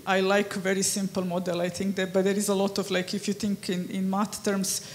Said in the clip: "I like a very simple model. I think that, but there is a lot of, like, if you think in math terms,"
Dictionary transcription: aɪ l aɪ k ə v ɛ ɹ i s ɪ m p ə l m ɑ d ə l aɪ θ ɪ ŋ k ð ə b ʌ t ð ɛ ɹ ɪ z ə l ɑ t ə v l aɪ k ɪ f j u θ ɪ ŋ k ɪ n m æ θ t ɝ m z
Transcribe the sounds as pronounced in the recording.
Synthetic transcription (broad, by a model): aɪ l aɪ k v ɛ ɹ i s ɪ m p ə l m ɑ d ə l aɪ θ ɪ ŋ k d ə b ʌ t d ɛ ɹ ɪ z ə l ɑ t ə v l aɪ k ɪ f j u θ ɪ ŋ k ɪ n m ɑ t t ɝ m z